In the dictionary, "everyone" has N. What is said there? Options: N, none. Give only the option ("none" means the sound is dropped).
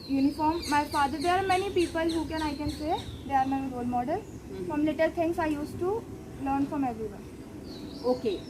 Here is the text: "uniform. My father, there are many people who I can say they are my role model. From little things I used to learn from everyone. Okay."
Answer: none